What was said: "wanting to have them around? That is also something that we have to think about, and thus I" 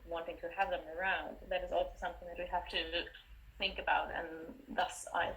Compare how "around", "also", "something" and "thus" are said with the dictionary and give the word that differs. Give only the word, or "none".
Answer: none